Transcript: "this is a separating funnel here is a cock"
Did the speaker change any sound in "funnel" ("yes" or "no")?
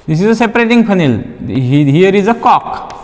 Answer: yes